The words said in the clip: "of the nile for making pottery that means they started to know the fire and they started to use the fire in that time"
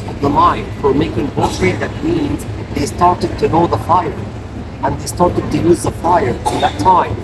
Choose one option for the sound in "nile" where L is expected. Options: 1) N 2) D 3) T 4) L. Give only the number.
1